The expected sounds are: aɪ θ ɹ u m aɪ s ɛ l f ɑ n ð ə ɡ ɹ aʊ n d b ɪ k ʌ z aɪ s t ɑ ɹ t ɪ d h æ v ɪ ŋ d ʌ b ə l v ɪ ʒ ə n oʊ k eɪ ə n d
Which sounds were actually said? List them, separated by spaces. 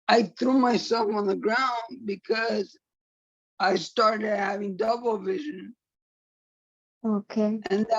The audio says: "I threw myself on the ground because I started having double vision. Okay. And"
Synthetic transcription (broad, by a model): aɪ θ ɹ u m aɪ s ɛ l f n ð ə ɡ ɹ aʊ n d b ɪ k ʌ z aɪ s t ɑ ɹ t ɪ d h æ v ɪ ŋ d ʌ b l v ɪ ʒ ə n oʊ k eɪ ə n